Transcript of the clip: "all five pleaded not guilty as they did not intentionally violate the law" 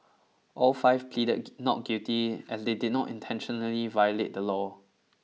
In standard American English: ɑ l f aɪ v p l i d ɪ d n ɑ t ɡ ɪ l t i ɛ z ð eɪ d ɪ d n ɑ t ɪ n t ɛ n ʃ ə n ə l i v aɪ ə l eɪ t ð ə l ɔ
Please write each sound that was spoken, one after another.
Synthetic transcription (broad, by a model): ɑ l f aɪ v p l i d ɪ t n ɑ t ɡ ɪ t i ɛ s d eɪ d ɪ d n ɑ t ɪ n t ɛ n ʃ ə n ə l i v aɪ ə l eɪ t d ə l ɔ